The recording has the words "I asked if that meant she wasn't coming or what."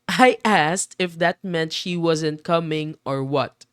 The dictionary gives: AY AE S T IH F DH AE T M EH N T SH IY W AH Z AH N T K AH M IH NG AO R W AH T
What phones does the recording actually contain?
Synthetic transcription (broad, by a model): AY AE S T IH F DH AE T M EH N T SH IY W AH Z AH N T K AH M IH NG AO R W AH T